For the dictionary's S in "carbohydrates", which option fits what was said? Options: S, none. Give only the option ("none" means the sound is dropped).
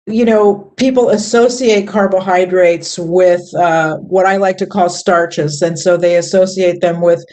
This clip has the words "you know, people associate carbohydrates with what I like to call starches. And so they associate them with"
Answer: S